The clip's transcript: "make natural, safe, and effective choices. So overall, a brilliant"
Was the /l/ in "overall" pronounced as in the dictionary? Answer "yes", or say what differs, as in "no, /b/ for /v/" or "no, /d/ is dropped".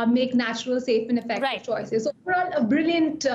no, /n/ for /l/